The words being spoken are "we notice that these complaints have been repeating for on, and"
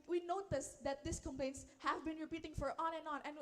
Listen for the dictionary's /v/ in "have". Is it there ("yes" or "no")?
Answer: yes